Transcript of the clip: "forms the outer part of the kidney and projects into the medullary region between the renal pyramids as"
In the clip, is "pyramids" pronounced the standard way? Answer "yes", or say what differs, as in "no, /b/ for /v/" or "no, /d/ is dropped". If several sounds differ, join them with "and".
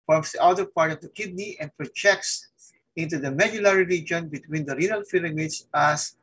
no, /f/ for /p/ and /l/ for /ɹ/